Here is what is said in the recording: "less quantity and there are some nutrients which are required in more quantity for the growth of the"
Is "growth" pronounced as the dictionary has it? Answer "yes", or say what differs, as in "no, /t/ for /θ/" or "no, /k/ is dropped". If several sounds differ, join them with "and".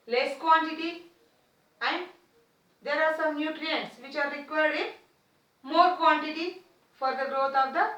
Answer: no, /t/ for /θ/